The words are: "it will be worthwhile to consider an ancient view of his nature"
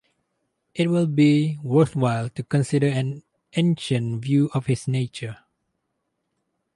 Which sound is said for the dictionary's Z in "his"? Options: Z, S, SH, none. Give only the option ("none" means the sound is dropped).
S